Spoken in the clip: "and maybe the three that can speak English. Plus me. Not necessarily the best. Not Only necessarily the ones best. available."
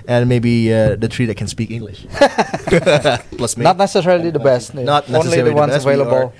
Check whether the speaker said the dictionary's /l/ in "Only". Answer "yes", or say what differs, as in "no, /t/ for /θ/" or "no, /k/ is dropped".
no, /l/ is dropped